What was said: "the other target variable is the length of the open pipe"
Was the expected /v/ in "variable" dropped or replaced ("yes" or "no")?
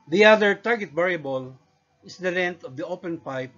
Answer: yes